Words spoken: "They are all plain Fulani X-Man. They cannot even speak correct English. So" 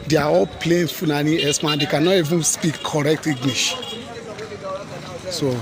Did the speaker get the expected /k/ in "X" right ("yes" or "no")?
no